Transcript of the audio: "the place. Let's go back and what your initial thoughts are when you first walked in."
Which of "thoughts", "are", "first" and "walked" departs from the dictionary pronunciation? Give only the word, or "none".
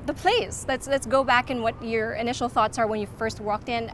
none